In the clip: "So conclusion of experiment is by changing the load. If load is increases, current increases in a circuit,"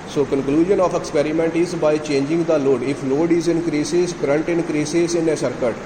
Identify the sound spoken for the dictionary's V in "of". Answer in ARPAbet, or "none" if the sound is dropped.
P